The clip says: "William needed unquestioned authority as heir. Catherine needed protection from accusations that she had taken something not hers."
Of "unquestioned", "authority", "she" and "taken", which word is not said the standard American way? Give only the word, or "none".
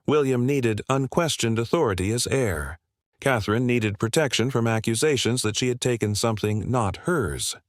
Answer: none